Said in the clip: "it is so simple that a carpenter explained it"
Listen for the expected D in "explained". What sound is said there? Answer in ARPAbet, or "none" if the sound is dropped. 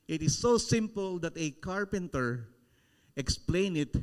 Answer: none